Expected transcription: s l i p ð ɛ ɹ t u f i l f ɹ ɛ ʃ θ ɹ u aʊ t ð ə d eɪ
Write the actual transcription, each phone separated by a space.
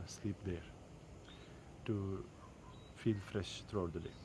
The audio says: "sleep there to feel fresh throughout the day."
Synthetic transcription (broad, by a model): s l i p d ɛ ɹ t u f i l f ɹ ɛ ʃ t ɹ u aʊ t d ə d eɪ